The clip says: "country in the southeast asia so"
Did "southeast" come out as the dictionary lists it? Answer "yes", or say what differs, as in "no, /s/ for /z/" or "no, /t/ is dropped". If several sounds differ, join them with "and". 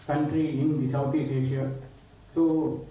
no, /t/ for /θ/ and /t/ is dropped